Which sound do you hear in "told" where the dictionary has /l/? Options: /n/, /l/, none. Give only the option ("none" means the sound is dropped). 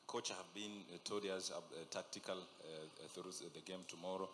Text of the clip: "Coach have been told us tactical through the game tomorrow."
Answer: none